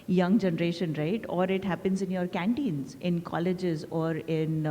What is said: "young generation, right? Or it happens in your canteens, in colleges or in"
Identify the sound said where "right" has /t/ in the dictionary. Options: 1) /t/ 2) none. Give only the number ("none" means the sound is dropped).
1